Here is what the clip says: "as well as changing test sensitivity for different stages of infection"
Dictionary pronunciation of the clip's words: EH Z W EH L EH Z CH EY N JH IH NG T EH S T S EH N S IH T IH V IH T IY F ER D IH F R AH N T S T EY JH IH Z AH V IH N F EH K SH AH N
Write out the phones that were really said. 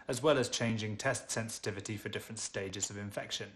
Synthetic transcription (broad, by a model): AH Z W EH L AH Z CH EY N JH IH NG T EH S T S EH N S IH T IH V IH T IY F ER D IH F R AH N T S T EY JH IH Z AH V IH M F EH K SH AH N